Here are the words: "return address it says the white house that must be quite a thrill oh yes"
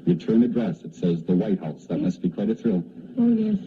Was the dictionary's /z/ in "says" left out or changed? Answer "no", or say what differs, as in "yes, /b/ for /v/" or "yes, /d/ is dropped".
no